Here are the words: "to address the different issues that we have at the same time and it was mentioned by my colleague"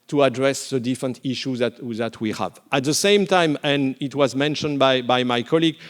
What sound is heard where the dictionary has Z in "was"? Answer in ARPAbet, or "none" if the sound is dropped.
Z